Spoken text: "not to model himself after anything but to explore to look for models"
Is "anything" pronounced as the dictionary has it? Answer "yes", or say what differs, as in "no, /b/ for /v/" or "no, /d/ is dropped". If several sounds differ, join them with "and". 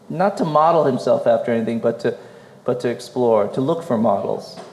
yes